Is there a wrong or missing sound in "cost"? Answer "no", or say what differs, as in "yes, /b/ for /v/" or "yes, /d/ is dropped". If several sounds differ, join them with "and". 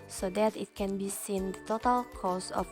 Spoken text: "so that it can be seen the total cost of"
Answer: yes, /t/ is dropped